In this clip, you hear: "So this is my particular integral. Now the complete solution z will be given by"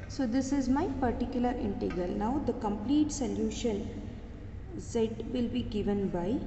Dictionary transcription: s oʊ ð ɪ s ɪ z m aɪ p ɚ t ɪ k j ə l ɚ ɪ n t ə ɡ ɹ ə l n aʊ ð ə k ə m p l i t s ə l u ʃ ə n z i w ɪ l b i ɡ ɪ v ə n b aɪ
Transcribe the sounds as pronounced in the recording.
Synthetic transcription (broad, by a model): s oʊ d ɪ s ɪ z m aɪ p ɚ t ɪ k j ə l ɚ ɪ n t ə ɡ ə l n aʊ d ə k ə m p l i t s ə l u ʃ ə n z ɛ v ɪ l b i ɡ ɪ v ə n b aɪ